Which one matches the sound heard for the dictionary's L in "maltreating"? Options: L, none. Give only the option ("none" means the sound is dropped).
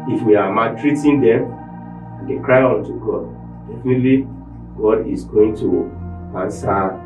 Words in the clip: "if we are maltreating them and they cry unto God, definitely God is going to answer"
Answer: none